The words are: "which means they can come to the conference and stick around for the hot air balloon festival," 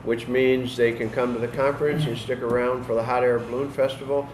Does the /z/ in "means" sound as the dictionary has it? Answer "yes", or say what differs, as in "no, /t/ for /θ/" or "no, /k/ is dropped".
yes